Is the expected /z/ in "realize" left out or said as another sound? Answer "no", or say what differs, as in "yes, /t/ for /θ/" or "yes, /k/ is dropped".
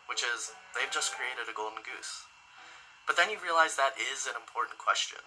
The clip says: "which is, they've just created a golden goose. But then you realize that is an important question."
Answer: no